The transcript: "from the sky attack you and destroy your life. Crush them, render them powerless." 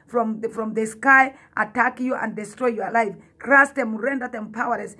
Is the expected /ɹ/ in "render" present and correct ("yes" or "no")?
yes